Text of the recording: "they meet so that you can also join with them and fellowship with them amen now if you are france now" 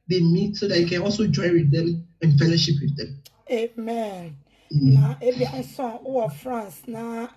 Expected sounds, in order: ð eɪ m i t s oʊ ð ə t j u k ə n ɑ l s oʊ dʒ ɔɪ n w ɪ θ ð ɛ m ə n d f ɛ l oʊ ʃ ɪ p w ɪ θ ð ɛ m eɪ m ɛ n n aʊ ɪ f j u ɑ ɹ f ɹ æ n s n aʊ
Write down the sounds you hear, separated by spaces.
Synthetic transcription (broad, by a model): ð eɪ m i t s oʊ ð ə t j u k ə n ɑ l s oʊ dʒ ɔɪ n w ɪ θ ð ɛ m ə n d f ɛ l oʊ ʃ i p w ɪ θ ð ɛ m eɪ m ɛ n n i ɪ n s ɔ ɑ w f ɹ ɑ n s n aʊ